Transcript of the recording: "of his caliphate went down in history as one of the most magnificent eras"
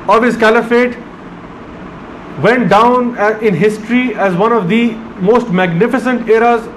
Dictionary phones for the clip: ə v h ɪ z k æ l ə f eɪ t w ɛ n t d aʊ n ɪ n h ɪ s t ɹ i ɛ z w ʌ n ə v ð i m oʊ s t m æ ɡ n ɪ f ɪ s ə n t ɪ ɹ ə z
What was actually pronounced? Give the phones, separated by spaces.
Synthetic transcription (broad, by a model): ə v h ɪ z k æ l ə f eɪ t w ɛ n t d aʊ n ɪ n h ɪ s t ɹ i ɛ z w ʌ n ə v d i m oʊ s t m æ ɡ n ɪ f ɪ s ə n t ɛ ɹ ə z